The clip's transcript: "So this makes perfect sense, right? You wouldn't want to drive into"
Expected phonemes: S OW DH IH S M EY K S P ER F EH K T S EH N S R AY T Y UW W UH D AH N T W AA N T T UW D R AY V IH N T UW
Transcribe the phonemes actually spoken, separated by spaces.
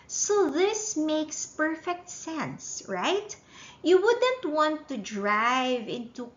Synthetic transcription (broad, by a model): S OW DH IH S M EY K S P ER F EH K T S EH N S R AY T Y UW W UH D AH N T W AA N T T UW D R AY V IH N T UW